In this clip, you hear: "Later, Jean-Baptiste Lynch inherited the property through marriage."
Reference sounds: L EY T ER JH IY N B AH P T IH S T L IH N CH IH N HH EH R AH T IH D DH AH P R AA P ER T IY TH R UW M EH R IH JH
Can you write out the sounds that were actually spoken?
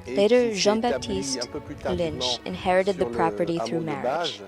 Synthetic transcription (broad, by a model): L EY T ER ZH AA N B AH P T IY S T L IH N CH IH N HH EH R AH T IH D DH AH P R AA P ER T IY TH R UW M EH R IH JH